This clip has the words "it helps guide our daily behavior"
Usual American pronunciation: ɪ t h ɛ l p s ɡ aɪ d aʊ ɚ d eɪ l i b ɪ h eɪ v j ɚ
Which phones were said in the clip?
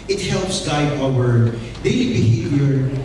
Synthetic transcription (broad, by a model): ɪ t h ɛ l p s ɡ aɪ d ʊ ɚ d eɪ i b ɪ h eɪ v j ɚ